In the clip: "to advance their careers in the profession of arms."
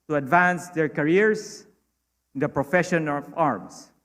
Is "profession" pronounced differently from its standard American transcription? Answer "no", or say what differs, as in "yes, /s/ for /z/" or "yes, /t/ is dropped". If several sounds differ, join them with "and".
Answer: no